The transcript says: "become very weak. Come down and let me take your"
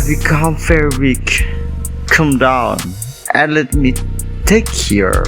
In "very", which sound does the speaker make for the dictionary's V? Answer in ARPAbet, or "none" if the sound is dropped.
F